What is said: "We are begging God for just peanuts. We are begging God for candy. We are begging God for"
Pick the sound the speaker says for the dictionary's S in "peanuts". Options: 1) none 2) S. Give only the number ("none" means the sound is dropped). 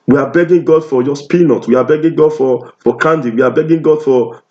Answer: 1